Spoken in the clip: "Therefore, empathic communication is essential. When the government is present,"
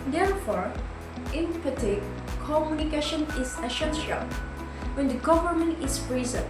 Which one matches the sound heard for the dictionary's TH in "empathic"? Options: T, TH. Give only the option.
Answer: T